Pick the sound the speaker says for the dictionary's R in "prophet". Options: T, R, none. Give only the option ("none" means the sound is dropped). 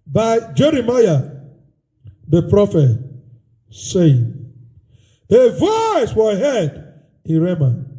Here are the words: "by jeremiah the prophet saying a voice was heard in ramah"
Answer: R